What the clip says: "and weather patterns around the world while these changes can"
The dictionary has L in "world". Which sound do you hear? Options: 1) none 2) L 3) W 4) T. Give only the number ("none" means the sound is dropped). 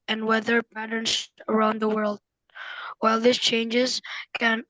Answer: 2